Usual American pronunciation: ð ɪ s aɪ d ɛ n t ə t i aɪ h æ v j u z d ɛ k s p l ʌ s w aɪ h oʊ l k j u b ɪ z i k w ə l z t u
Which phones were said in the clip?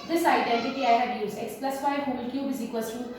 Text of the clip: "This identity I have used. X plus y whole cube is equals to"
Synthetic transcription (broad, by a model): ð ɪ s aɪ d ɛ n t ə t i aɪ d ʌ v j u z ɛ k s p l ʌ s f aɪ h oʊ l k j u b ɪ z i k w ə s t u